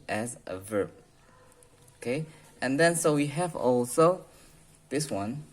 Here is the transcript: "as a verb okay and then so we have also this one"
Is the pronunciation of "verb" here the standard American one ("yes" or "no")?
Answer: yes